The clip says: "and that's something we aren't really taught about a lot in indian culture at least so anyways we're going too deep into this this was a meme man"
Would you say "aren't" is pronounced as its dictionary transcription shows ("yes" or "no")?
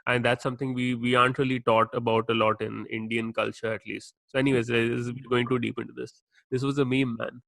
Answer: no